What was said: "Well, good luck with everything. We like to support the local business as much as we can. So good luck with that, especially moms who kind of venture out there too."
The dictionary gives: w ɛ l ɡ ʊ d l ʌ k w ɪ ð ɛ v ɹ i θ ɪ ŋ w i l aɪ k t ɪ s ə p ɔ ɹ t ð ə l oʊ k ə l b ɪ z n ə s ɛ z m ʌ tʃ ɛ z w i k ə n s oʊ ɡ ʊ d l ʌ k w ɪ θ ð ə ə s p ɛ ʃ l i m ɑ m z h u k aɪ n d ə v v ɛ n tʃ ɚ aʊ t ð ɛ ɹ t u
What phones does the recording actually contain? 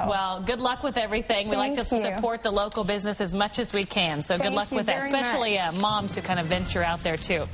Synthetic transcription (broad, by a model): w ɛ l ɡ ʊ d l ʌ k w ɪ ð ɛ v ɹ i θ ɪ ŋ w i l aɪ k t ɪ s ə p ɔ ɹ t ð ə l oʊ k l b ɪ z n ə s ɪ z m ʌ tʃ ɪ z w i k ə n s oʊ ɡ ʊ d l ʌ k w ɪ ð ə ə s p ɛ ʃ l i m ɑ m z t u k aɪ n d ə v v ɛ n tʃ ɚ aʊ t ð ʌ ɹ t u